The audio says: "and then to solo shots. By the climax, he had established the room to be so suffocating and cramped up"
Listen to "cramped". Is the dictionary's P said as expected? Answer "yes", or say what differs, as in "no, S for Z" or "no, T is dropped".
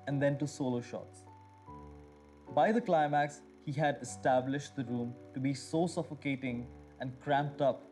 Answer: yes